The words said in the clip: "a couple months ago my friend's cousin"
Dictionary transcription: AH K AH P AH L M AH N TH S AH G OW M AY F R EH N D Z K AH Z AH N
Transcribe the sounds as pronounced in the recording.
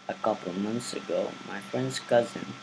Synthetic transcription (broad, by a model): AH K AH P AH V M AH N TH S AH G OW M AY F R EH N D Z K AH Z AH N